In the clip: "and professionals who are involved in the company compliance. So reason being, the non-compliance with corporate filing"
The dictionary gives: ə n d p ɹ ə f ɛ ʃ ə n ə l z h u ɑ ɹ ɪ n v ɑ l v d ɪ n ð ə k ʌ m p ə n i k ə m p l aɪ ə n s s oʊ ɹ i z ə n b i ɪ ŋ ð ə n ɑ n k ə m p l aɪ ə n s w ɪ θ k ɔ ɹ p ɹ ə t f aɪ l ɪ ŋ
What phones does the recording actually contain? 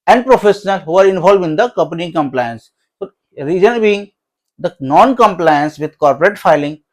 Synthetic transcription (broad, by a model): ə n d p ɹ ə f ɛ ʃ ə n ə l h u ɑ ɹ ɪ n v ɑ l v ɪ n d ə k ʌ m p ə n i k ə m p l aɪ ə n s s oʊ ɹ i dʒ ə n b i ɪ ŋ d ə n ɑ n k ə m p l aɪ ə n s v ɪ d k ɔ ɹ p ɹ ə t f aɪ l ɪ ŋ